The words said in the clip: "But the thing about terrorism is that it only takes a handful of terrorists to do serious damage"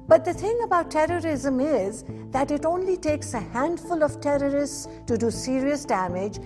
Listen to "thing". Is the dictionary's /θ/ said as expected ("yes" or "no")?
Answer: no